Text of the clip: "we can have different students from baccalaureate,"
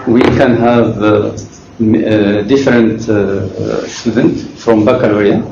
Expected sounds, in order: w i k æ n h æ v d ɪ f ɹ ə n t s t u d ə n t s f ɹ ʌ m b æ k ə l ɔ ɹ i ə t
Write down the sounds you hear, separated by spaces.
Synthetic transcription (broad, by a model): w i k æ n h æ v d ɪ f ɹ ə n t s t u d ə n t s f ɹ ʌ m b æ k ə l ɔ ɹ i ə